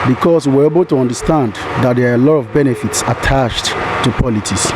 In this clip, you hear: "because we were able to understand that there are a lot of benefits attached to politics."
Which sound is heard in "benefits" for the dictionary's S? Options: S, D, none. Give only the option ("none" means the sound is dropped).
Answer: S